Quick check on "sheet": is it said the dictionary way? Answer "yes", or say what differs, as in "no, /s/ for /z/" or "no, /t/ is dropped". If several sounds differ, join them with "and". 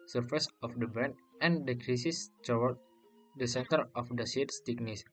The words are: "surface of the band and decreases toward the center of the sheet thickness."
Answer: no, /s/ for /ʃ/